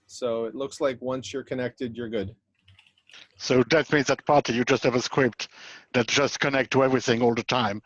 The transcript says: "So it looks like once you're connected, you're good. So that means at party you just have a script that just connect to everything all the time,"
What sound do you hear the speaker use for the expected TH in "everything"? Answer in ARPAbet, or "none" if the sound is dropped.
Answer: TH